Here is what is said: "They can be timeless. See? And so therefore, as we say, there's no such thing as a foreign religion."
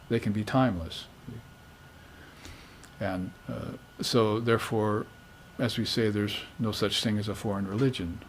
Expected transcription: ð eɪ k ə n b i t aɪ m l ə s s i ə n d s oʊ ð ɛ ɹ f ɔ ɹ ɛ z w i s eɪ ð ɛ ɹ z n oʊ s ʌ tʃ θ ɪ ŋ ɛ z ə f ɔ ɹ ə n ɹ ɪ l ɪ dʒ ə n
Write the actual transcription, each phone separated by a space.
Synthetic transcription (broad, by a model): ð eɪ k ə n b i t aɪ m l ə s s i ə n s oʊ ð ɛ ɹ f ɔ ɹ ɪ z w i s eɪ ð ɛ ɹ z n oʊ s ʌ tʃ θ ɪ ŋ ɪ z ə f ɔ ɹ ə n ɹ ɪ l ɪ dʒ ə n